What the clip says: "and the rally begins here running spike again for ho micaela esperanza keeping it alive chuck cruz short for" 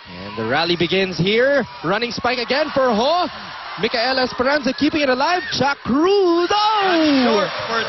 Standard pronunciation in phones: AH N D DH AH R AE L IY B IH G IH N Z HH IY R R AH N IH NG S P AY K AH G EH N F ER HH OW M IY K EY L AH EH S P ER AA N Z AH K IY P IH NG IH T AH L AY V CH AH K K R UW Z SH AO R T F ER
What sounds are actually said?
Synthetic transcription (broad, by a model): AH N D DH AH R AE L IY B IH G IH N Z HH IY R R AH N IH NG S P AY K AH G EH N F ER HH OW M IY K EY L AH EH S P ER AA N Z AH K IY P IH NG IH T AH L AY V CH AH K K R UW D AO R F